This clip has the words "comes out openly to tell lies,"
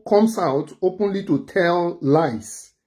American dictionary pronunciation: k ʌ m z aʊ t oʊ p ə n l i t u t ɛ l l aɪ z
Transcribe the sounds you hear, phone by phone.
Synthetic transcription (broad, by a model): k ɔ m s aʊ t oʊ p ə n l i t u t ɛ l l aɪ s